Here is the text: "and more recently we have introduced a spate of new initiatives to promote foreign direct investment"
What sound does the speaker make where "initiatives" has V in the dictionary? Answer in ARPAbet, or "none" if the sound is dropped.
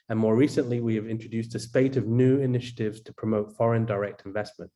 V